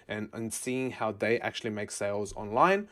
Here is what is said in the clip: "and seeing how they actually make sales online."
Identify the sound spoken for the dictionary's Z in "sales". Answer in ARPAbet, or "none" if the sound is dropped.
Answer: Z